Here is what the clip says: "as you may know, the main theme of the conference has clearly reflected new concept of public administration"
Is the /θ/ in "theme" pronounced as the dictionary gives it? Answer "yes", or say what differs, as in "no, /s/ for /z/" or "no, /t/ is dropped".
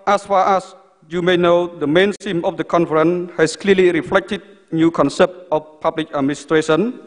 no, /s/ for /θ/